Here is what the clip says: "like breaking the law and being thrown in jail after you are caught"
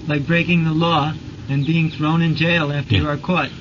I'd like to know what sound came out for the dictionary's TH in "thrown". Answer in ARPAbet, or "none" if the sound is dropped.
TH